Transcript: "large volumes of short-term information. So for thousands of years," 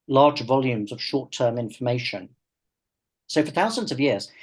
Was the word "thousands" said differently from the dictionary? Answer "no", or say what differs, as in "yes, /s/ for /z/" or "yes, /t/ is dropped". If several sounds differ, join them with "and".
no